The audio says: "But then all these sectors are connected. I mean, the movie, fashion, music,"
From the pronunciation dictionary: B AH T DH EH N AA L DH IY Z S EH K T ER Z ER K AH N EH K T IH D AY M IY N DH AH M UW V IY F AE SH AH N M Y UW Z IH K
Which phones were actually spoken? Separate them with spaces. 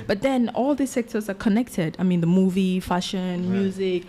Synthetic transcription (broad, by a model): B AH T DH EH N AA L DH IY S EH K T ER Z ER K AH N EH K T IH D AY M IY N DH AH M UW V IY F AE SH AH N M Y UW Z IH K